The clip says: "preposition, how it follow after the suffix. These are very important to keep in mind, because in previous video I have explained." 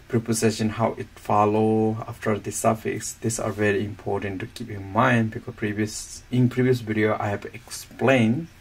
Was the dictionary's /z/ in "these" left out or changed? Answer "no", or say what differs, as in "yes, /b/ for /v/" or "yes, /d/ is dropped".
yes, /s/ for /z/